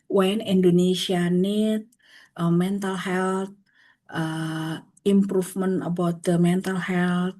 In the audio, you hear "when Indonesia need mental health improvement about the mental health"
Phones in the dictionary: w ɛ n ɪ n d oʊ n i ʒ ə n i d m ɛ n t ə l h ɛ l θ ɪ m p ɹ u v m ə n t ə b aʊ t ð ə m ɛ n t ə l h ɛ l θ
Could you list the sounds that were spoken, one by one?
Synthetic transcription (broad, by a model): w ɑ n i n d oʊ n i s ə n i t m ɛ n t ə l h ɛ l t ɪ m p ɹ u f m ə n ə b aʊ t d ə m ɛ n t ə l h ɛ l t